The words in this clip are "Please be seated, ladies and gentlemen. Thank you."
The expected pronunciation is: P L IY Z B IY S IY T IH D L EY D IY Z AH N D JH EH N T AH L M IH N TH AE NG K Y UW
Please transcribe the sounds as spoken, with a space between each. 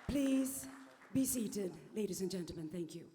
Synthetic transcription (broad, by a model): P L IY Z B IY S IY T IH D L EY D IY Z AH N JH EH N T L M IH N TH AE NG K Y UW